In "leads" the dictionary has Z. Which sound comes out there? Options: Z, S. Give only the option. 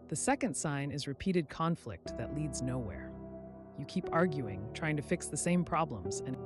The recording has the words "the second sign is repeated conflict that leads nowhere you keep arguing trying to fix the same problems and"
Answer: Z